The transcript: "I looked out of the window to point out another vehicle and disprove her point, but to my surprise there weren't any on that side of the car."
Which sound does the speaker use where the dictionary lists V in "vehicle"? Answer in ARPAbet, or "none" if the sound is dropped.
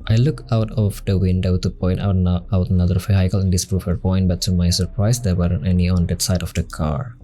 F